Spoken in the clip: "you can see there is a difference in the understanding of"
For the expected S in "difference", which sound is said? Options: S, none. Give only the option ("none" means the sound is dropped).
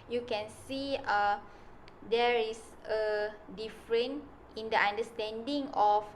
none